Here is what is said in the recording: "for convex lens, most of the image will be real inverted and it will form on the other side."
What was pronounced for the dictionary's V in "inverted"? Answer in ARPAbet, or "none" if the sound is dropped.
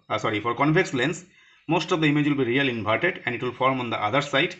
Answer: P